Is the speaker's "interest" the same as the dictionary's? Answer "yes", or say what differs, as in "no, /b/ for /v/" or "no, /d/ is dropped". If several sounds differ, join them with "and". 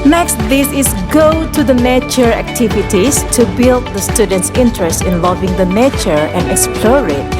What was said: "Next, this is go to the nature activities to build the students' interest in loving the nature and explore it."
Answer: yes